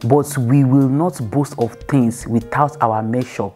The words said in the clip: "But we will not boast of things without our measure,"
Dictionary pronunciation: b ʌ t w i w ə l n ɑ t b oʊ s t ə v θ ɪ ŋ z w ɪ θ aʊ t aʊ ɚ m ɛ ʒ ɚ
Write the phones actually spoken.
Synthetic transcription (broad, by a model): b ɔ t w i w ə l n ɑ t b oʊ s t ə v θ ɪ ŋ s w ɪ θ aʊ t aʊ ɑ m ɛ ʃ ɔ